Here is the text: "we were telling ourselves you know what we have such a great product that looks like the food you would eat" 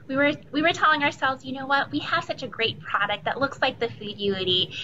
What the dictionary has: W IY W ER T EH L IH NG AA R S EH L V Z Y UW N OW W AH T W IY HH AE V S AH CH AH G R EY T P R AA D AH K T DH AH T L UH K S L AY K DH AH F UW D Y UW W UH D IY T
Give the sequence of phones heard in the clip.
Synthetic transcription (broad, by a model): W IY W ER T EH L IH NG AA R S EH L V Z Y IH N OW W AH T W IY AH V S AH CH AH G R EY T P R AA D AH K T DH AH T L UH K S L AY K DH AH F UW D Y UW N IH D IY